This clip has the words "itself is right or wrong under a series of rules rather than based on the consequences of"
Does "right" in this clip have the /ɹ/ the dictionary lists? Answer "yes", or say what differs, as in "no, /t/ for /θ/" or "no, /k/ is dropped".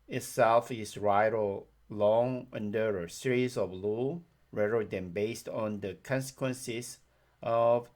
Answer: yes